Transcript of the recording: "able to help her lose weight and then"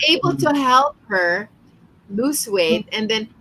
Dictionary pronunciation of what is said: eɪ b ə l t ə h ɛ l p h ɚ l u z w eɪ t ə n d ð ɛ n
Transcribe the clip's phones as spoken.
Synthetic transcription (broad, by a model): eɪ b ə l t ə h ɛ l p h ɚ l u s w eɪ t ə n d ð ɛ n